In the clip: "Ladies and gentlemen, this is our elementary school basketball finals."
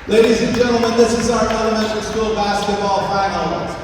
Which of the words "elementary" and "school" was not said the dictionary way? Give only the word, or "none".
elementary